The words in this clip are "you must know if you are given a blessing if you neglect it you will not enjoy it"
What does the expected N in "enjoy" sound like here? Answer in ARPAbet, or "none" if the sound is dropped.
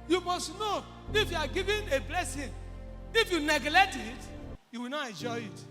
N